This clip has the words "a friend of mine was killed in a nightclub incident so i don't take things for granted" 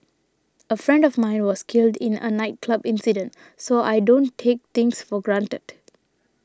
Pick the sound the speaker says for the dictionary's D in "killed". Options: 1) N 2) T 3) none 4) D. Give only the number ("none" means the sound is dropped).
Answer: 4